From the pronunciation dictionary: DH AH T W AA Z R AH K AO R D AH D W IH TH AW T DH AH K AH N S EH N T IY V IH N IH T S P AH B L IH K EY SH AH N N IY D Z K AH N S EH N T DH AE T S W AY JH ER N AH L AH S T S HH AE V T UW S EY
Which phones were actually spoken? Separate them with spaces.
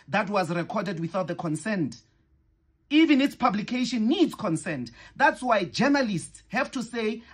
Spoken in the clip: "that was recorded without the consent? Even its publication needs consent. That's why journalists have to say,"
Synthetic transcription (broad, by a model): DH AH T W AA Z R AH K AO D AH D W IH TH AW T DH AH K AH N S EH N T IY V IH N IH T S P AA B L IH K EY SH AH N N IY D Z K AH N S EH N T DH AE T S W AY JH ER N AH L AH S T S HH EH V T UW S EY